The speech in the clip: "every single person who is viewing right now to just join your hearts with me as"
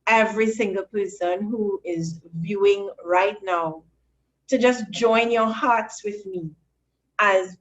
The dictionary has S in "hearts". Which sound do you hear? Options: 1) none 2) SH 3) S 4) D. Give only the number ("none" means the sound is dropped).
3